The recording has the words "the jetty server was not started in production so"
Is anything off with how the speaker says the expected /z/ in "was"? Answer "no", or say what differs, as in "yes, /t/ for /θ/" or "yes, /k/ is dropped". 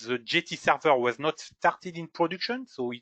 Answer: no